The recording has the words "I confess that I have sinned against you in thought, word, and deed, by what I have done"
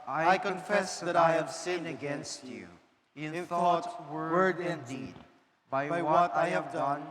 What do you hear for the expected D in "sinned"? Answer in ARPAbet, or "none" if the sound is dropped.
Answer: none